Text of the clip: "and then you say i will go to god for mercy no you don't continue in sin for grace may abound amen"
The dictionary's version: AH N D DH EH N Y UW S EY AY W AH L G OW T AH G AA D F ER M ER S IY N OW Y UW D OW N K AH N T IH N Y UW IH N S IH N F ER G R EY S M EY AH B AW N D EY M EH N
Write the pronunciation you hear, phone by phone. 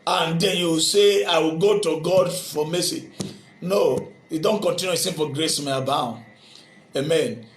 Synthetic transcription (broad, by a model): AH N D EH N Y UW S EY AY W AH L G OW T AH G AA D F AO M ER S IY N OW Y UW D OW N K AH N T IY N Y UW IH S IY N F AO G R EY S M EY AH B AW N EY M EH N